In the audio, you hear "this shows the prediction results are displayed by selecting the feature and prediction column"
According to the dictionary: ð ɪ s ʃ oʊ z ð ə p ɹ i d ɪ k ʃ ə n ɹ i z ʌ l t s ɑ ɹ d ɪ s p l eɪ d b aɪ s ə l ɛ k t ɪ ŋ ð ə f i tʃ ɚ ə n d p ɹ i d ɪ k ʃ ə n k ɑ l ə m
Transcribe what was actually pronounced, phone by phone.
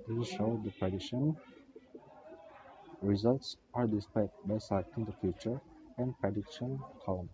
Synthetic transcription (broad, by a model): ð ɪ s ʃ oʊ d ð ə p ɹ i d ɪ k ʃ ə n ɹ i z ʌ l t s ɑ ɹ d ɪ s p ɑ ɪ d b aɪ s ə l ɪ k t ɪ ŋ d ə f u tʃ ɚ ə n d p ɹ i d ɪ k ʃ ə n k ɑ l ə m